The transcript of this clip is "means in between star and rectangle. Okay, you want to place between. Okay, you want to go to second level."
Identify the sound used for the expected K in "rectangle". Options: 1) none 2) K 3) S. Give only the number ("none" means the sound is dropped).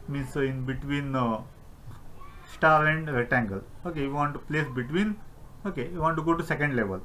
1